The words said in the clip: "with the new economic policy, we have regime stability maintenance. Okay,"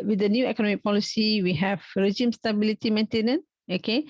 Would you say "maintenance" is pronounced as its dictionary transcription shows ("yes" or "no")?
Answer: no